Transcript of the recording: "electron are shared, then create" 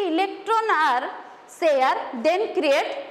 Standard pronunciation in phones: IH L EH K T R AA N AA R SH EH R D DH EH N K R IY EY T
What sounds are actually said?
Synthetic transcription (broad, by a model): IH L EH K T R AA N AA R S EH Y D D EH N K R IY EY T